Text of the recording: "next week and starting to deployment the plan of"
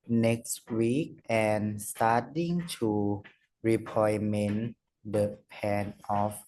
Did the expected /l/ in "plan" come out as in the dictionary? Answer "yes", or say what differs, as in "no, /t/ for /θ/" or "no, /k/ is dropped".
no, /l/ is dropped